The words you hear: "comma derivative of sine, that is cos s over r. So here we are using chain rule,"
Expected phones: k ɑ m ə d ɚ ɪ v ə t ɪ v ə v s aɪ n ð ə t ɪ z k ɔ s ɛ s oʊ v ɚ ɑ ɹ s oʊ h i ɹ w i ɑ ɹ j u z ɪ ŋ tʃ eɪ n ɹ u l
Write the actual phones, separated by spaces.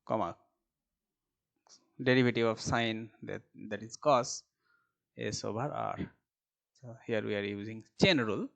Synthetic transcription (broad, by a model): k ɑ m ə d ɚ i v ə t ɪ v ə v s aɪ n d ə t ɪ z k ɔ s ɛ s oʊ b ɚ ɑ ɹ s oʊ h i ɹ w i ɑ ɹ j u z ɪ ŋ tʃ eɪ n ɹ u l